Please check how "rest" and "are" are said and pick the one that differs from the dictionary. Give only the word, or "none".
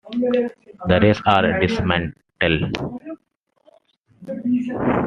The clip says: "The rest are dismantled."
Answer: rest